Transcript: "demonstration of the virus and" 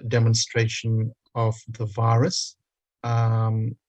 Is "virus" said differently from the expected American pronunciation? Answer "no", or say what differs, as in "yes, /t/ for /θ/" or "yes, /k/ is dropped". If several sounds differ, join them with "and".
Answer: no